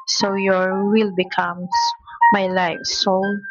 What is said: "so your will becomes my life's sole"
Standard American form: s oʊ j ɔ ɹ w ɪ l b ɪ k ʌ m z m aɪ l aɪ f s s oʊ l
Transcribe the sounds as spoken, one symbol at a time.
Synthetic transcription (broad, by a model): s oʊ j ɔ ɹ w ɪ l b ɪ k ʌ m m aɪ l aɪ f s s oʊ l